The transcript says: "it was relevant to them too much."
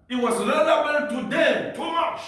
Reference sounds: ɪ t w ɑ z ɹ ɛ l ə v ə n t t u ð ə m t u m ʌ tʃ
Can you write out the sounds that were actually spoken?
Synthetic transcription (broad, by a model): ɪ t w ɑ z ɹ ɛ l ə w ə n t t u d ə t u m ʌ tʃ